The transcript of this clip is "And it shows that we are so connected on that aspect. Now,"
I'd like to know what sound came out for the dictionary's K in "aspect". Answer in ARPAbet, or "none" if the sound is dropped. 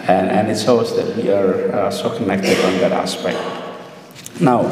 K